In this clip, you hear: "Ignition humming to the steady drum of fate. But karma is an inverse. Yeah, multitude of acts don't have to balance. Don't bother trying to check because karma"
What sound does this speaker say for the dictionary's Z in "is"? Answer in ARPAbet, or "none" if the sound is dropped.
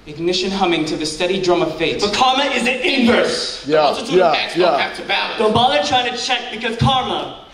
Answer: Z